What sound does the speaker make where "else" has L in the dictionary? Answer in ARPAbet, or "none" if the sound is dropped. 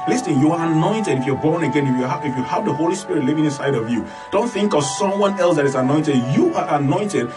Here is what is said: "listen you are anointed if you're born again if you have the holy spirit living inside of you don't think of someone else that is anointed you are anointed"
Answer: L